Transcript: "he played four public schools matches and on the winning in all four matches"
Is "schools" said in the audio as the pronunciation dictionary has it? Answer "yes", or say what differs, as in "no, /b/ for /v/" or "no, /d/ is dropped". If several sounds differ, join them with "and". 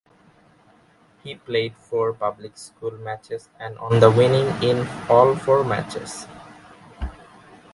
no, /z/ is dropped